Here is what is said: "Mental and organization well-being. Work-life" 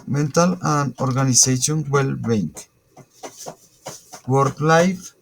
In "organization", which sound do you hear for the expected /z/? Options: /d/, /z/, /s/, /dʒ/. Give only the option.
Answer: /s/